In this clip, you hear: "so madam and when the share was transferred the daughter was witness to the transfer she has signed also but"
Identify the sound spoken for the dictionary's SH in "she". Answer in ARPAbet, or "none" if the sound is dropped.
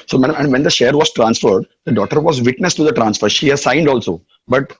SH